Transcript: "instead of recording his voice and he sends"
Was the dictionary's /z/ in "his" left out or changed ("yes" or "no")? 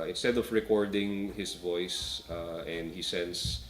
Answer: yes